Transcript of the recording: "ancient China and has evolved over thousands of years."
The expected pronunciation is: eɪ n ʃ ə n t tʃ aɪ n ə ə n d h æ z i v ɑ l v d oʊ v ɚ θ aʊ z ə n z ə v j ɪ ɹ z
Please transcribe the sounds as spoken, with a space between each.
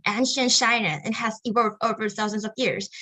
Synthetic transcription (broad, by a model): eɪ n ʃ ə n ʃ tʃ aɪ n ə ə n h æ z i w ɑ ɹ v oʊ v ɚ θ aʊ z ə n z ə v j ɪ ɹ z